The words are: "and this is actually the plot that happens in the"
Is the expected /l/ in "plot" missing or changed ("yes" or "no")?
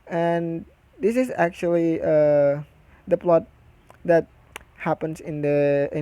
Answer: no